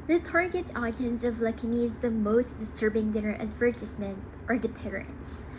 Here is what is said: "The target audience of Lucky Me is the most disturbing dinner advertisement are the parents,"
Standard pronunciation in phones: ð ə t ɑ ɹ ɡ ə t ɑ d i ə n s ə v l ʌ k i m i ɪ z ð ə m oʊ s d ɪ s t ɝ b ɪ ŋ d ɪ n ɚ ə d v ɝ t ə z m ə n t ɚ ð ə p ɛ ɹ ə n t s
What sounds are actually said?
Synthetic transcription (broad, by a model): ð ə t ɑ ɹ ɡ ə t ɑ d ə n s ə v l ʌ k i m i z ð ə m oʊ s d ɪ s t ɝ b ɪ ŋ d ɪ ɚ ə d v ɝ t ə s m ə n t ɚ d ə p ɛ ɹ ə n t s